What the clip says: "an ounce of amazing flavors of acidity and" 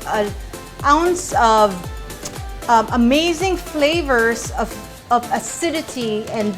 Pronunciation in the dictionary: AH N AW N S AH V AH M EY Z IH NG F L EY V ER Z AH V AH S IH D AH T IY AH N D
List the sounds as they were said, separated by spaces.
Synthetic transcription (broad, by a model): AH AW N S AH V AH M EY Z IH NG F L EY V ER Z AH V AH S IH D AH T IY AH N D